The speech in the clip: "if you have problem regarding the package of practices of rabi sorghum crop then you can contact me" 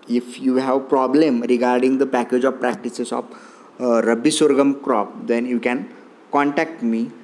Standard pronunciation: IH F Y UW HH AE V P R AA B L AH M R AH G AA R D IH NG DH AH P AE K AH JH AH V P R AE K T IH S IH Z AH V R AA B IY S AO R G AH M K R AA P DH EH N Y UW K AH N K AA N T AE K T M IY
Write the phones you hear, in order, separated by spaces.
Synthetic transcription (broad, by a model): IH F Y UW HH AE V P R AA B L AH M R AH G AA R D IH NG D AH P AE K AH JH AH V P R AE K T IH S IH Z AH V R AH B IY S AO R G AH M K R AA P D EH N Y UW K AH N K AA N T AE K T M IY